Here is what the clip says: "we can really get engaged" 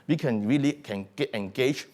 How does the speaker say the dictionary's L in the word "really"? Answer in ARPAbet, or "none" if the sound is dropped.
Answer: L